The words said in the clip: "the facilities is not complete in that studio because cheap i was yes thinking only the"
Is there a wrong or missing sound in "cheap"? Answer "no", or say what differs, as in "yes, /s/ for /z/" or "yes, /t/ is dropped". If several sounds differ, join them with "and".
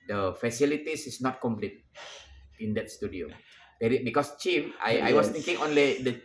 yes, /f/ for /p/